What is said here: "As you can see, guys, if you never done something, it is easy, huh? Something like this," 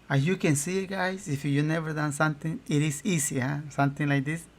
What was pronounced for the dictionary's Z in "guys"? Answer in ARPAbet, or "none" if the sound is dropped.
S